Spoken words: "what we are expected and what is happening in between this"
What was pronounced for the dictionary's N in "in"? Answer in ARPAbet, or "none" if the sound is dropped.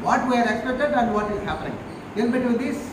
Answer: L